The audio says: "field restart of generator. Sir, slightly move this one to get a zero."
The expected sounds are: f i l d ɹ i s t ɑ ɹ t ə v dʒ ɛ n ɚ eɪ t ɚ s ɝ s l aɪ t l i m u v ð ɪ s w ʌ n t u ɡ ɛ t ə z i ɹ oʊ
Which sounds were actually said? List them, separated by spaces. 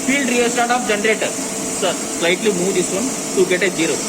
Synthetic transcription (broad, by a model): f i l d ɹ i s t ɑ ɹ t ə p dʒ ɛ n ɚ eɪ t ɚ s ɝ s l aɪ t l i m u v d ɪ s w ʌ n t u ɡ ɛ t ə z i ɹ oʊ